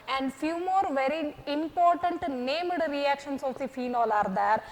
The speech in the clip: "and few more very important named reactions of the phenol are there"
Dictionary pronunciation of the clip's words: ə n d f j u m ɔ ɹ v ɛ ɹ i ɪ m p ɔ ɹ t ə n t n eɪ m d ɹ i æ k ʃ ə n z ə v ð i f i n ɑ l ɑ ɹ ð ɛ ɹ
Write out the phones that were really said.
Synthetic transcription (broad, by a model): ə n d f j u m ɔ ɹ v ɛ ɹ i ɪ m p ɔ ɹ t ə n t n eɪ m d ɹ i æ k ʃ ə n s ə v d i f i n ɑ l ɑ ɹ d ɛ ɹ